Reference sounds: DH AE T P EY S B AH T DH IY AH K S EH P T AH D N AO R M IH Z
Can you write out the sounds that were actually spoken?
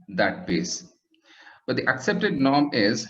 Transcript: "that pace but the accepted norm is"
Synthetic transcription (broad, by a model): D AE T B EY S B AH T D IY AH K S EH P T AH D N AO R M IH Z